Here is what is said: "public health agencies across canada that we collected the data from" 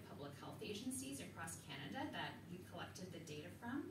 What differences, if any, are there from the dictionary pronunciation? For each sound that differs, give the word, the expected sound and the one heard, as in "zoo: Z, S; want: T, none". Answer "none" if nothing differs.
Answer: none